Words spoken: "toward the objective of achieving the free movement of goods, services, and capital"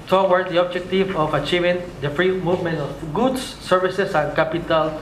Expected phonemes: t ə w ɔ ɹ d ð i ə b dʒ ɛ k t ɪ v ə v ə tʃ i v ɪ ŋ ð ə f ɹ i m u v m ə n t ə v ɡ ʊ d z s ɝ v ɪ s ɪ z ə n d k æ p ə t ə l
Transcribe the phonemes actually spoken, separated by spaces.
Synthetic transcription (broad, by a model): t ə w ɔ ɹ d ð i ə b dʒ ɛ k t ɪ v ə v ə tʃ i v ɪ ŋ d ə f ɹ i m u v m ə n t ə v ɡ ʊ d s s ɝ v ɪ s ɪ s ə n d k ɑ p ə t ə l